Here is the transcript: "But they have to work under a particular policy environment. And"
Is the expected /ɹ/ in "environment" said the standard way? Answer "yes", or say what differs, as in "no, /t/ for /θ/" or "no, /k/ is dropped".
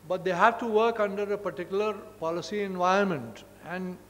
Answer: no, /ɹ/ is dropped